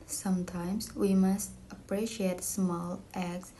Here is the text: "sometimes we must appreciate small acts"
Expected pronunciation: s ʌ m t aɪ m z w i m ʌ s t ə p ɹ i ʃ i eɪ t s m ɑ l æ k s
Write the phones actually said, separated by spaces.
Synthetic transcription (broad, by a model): s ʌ m t aɪ m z w i m ʌ s t ə p ɹ i ʃ i eɪ t s m ɑ l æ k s